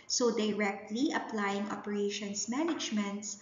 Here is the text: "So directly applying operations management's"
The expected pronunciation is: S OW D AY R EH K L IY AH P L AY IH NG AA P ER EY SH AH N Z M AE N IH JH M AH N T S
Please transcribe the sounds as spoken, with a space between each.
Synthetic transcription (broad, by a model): S OW D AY R EH K L IY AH P L AY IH NG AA P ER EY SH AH N S M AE N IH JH M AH N T S